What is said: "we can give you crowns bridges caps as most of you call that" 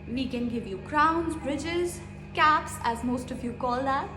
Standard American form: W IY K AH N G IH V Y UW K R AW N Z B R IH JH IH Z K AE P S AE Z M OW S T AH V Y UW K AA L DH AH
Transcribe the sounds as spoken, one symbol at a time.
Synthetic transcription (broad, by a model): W IY K AH N G IH V Y UW K R AW N Z B R IH JH IH Z K AE P S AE Z M OW S T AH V Y UW K AA L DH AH